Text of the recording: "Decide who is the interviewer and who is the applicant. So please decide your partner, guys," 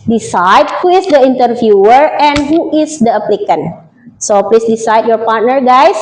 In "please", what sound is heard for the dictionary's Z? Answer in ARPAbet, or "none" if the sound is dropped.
S